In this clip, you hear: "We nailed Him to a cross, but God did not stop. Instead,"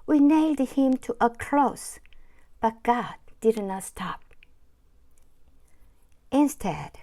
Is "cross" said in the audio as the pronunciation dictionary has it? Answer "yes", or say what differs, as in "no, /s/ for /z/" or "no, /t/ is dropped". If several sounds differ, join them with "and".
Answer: no, /l/ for /ɹ/